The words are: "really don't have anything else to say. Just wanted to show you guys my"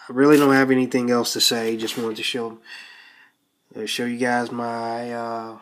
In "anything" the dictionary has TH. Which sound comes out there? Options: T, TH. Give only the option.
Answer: TH